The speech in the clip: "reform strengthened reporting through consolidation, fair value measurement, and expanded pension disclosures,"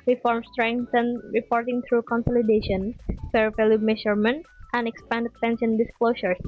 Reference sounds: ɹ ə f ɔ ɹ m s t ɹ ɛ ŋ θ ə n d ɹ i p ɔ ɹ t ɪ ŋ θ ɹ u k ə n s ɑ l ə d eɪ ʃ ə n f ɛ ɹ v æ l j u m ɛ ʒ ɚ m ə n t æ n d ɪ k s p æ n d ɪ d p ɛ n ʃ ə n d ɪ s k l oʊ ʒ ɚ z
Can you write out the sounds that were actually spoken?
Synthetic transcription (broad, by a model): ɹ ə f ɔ ɹ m s t ɹ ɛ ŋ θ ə n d ɹ i p ɔ ɹ t ɪ ŋ t ɹ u k ə n s ɑ l ə d eɪ ʃ ə n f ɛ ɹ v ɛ l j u m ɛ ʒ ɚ m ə n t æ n d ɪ k s p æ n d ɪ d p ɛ n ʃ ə n d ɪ s k l oʊ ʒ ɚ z